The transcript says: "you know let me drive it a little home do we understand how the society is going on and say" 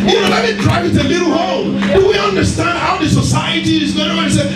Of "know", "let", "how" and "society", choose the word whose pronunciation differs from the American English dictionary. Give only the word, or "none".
let